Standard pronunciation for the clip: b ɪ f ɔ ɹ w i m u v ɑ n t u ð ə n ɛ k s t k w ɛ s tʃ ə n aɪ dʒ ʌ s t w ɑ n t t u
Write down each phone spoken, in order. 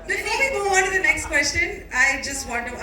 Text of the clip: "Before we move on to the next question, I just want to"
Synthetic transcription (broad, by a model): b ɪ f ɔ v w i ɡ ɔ ɑ n t u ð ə n ɛ k s t k w ɛ s tʃ ə n aɪ dʒ ʌ s t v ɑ n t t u